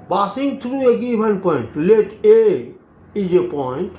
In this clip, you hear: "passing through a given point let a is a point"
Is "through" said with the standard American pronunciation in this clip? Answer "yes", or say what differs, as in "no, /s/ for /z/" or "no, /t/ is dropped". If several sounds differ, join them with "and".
no, /t/ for /θ/